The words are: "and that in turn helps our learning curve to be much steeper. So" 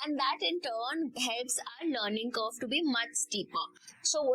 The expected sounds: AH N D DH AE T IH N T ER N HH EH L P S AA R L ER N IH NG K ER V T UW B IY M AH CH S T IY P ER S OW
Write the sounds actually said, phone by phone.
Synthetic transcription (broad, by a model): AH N D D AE T IH N T ER N HH EH L P S AA R L ER N IH NG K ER F T UW B IY M AH CH S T IY P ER S OW